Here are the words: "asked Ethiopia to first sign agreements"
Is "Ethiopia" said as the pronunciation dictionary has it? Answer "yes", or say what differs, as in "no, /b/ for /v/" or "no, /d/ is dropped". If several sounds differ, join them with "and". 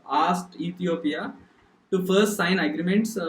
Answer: no, /t/ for /θ/